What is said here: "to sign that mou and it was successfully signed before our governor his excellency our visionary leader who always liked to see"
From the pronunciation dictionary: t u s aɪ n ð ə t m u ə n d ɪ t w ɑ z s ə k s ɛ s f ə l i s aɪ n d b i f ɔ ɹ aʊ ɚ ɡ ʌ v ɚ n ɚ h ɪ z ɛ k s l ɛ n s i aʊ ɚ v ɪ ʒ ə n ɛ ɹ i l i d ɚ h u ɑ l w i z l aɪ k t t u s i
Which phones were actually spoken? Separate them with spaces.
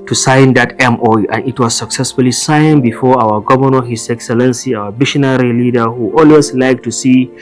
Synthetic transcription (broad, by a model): t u s aɪ n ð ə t m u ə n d ɪ t w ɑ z s ə k s ɛ s f ə l i s aɪ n b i f ɔ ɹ aʊ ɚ ɡ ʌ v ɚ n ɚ h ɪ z ɛ k s l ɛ n s i aʊ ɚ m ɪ ʃ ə n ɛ ɹ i l i d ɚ h u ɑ l w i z l aɪ k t t u s i